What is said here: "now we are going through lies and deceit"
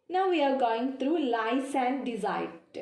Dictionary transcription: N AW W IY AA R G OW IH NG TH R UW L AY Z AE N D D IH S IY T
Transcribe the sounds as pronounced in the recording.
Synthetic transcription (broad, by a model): N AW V IY AA R G OW IH NG T R UW L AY S AE N D D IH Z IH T